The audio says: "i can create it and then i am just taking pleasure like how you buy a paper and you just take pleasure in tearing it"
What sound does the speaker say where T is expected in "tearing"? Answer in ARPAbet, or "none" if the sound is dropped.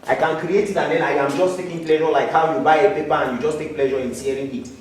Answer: S